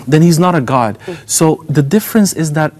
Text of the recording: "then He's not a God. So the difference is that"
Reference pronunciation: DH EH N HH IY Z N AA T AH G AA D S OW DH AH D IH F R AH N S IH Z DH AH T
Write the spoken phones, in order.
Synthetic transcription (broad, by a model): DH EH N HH IY Z N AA T AH G AA D S OW DH AH D IH F R AH N S IH Z DH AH T